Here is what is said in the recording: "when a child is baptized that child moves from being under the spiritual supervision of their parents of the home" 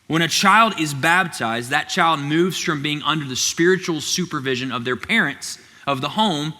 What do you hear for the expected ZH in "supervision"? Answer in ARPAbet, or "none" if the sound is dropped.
ZH